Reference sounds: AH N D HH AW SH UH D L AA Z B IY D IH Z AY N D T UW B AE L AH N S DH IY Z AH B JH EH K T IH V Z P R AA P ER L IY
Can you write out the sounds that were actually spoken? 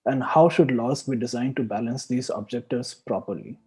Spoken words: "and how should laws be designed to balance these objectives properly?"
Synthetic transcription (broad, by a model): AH N D HH AW SH UH D L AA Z B IY D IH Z AY N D T UW B AE L AH N S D IY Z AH B JH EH K T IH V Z P R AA P ER L IY